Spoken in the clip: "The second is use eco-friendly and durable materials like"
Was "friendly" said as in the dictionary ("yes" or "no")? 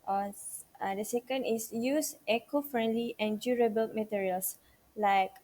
yes